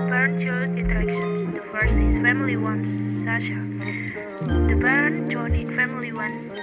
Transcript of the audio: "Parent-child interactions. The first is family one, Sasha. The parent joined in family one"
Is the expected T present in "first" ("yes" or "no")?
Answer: no